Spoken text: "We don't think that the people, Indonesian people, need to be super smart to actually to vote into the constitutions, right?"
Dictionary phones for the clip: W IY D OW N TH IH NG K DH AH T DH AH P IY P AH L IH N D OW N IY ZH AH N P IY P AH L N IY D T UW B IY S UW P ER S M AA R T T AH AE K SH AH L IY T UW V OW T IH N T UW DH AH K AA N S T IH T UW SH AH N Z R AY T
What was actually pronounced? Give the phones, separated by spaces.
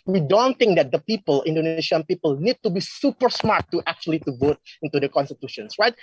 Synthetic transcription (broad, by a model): W IY D OW N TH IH NG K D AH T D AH P IY P AH L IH N D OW N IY S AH N P IY P AH L N IY D T UW B IY S UW P ER S M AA R T T AH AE K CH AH L IY T UW V OW T IH N T UW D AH K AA N S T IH T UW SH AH N S R AY T